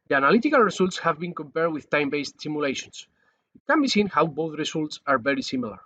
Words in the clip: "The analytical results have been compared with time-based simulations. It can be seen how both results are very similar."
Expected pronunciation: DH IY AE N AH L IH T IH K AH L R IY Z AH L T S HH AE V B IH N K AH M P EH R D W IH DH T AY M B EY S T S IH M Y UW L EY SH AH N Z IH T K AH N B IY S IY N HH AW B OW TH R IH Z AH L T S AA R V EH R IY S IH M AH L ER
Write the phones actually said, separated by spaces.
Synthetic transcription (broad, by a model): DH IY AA N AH L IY T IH K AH L R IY S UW L T S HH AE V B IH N K AH M P EH R D W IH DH T AY M B EY S T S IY M Y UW L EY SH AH N S IH T K AH N B IY S IY N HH AW B OW TH R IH S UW L T S AA R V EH R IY S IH M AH L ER